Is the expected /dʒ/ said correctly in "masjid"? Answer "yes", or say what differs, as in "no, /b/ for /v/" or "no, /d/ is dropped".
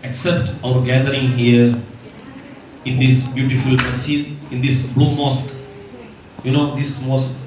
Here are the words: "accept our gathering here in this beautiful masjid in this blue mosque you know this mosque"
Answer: no, /dʒ/ is dropped